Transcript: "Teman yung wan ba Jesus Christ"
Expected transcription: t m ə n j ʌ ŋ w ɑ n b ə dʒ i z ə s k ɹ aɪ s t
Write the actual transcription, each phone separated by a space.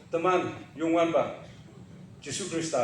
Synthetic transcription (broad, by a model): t m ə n j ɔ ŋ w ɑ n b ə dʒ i s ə k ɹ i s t